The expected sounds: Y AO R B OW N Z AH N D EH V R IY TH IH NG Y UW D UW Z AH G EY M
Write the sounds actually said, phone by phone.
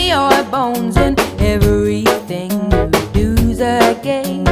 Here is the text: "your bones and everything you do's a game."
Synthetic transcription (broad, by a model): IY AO B OW N Z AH N EH V R IY TH IH NG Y D UW Z AH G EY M